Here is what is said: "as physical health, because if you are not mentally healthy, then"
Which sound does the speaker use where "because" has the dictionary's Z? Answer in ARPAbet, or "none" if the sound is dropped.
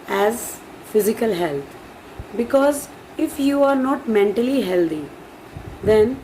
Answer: Z